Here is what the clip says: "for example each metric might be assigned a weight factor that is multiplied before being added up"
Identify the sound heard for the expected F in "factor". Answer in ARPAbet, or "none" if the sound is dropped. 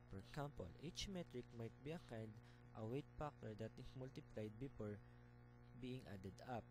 P